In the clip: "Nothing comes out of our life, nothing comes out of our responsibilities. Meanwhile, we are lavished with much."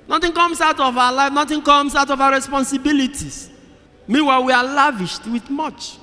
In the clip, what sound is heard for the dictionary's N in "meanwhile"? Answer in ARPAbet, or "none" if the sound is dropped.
none